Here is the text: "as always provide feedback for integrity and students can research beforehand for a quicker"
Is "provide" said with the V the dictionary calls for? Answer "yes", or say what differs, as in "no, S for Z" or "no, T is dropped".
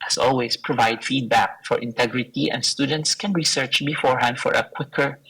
yes